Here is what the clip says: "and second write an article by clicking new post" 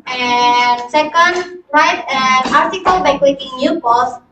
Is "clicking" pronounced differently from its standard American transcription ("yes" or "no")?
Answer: yes